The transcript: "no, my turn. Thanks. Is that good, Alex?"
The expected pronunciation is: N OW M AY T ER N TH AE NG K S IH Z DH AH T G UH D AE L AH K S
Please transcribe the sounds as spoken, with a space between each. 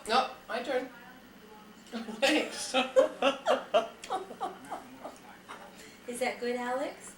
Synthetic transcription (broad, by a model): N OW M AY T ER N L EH K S IH Z DH AH T G UH D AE L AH K S